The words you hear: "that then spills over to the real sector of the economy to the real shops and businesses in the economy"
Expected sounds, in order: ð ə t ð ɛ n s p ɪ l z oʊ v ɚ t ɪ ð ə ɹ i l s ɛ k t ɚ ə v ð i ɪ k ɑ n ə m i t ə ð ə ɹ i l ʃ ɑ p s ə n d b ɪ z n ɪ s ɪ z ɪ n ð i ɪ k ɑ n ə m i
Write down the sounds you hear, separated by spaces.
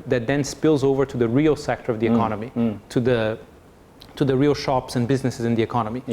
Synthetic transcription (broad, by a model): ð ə t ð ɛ n s p ɪ l z oʊ v ɚ t ɪ ð ə ɹ i l s ɛ k t ɚ ə v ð i ɪ k ɑ n ə m i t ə ð ə ɹ i l ʃ ɑ p s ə n b ɪ z n ɪ s ɪ z ɪ n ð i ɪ k ɑ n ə m i